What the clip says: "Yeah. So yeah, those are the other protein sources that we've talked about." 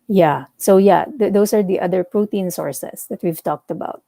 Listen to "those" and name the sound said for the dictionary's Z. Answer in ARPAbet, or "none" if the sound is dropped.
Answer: S